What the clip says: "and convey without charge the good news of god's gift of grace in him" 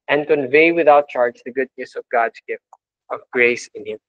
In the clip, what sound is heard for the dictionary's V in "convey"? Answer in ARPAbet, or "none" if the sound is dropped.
V